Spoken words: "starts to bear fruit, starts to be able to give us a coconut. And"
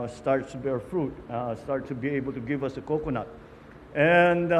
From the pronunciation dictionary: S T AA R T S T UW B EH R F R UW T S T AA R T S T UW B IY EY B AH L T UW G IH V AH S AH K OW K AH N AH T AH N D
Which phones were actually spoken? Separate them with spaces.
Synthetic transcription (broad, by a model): S T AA R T S T UW B EH R F R UW T S T AA R T S T UW B IY EY B AH L T UW G IH V AH S AH K OW K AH N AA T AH N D